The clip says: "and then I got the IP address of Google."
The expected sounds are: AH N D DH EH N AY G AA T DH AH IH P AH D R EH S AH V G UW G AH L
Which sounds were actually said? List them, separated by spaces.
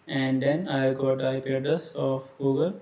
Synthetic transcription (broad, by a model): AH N D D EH N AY G AA T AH IH P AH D AH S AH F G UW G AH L